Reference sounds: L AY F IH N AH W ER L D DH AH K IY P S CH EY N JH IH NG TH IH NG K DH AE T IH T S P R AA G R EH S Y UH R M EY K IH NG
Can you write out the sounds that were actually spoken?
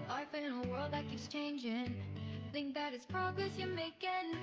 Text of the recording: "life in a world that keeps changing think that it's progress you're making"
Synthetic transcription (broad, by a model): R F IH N AH W ER L D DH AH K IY S CH EY N JH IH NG TH IH NG K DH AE T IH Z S P R AA G R EH S Y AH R M EY K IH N